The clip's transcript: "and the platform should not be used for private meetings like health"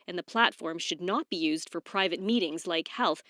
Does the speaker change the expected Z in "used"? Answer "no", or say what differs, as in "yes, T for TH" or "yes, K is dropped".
no